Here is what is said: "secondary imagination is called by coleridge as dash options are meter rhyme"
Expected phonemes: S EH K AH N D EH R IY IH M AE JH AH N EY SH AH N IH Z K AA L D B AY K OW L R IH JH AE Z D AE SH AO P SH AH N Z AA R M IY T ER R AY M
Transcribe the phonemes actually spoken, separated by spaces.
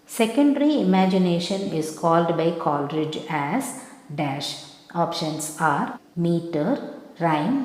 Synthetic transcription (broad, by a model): S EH K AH N D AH R IY IH M AE JH AH N EY SH AH N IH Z K AA L D B AY K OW L R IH JH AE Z D AE SH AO P SH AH N S AA R M IY T ER R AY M